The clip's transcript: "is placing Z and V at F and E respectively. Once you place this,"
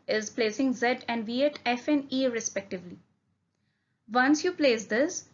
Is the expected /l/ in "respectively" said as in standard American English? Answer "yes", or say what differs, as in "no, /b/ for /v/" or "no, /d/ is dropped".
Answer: yes